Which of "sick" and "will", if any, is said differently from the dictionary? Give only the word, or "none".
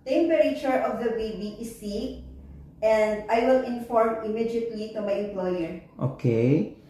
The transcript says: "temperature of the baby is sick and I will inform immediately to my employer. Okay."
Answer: sick